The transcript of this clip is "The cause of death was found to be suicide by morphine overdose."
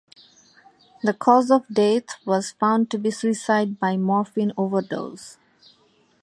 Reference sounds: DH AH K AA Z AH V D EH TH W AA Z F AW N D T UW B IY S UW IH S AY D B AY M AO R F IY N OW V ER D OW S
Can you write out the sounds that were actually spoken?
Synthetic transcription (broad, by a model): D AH K AA Z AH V D EH T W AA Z F AW N D T UW B IY S UW IH S AY D B AY M AO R F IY N OW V ER D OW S